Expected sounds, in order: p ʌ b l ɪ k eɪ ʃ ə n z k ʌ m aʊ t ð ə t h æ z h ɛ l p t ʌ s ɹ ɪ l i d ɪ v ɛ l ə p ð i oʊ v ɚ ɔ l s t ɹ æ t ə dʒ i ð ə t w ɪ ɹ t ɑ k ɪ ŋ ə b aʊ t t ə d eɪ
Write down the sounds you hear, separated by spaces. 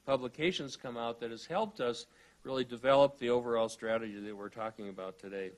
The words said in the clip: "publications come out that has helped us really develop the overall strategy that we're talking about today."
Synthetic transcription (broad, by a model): p ʌ b l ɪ k eɪ ʃ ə n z k ʌ m aʊ t ð ə t h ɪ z h ɛ l p t ʌ s ɹ ɪ l i d ɪ v ɛ l ə p ð i oʊ v ɚ ɔ l s t ɹ æ t ə dʒ i ð ə t w ɪ ɹ t ɑ k ɪ ŋ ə b aʊ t t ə d eɪ